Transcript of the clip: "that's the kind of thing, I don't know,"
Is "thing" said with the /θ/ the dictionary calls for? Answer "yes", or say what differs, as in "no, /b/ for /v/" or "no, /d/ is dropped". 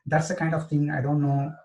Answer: no, /t/ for /θ/